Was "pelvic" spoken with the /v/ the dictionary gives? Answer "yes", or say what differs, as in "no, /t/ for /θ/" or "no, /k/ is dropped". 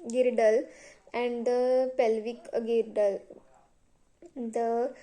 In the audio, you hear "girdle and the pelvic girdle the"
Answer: yes